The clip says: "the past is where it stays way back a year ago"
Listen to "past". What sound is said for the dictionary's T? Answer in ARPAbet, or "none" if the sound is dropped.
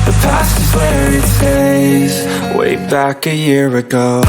none